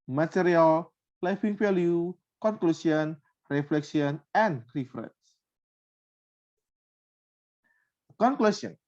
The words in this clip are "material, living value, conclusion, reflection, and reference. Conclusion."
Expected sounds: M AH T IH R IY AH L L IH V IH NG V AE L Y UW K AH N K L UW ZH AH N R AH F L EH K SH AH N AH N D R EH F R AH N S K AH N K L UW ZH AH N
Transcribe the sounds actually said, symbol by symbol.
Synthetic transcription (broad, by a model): M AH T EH R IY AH L L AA F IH NG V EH L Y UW K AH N K L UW S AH N R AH F L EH K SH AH N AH N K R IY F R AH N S K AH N K L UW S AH N